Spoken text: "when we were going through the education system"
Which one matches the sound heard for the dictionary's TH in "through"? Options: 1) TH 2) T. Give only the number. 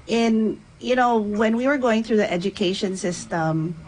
1